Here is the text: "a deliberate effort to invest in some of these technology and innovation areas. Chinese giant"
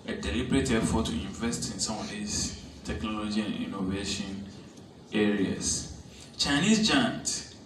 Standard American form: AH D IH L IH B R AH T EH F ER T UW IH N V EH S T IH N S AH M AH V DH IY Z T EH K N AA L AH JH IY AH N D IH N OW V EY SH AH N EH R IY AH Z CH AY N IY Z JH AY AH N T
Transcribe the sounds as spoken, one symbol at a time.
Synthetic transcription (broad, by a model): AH D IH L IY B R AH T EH F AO T UW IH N V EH S T IH N S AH M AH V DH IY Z T EH K N AA L AH JH IY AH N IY N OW V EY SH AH N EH R IY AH S CH AY N IY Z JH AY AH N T